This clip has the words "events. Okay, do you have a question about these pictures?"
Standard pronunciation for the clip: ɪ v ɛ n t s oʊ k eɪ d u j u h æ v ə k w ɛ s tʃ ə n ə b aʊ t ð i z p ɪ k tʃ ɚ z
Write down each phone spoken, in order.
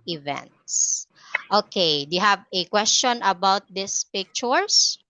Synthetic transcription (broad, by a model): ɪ v ɛ n t s oʊ k eɪ d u j u h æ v ə k w ɛ s tʃ ə n ə b aʊ t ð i s p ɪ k tʃ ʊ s